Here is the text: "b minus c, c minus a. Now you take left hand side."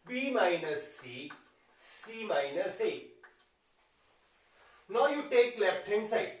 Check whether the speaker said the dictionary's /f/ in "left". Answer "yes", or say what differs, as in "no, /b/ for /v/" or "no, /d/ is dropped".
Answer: no, /p/ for /f/